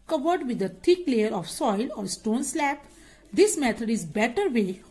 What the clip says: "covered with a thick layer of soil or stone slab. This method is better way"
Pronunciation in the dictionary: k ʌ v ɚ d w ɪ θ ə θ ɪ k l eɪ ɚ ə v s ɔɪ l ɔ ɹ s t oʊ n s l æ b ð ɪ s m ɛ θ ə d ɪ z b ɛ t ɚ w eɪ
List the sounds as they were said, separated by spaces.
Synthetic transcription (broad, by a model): k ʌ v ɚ d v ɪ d ə t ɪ k l eɪ ɚ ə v s ɔɪ l ɔ ɹ s t oʊ n s l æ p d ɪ s m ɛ t ə d ɪ z b ɛ t ɚ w eɪ